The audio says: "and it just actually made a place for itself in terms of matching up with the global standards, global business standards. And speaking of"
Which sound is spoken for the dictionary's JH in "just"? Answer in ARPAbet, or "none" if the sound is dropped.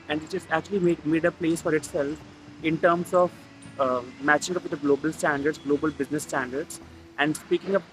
CH